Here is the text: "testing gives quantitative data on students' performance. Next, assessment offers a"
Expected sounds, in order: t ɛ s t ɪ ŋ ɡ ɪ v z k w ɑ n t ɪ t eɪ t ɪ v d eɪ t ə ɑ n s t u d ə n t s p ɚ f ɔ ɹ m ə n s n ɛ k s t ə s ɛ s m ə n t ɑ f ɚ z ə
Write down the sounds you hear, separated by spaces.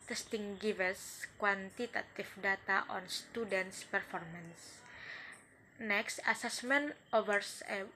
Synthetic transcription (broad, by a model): t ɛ s t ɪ ŋ ɡ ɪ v s k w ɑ n t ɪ t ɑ t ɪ f d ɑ t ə ɑ n s t u d ə n t s p ɚ f ɔ ɹ m ə n s n ɛ k s t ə s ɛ s m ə n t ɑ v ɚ s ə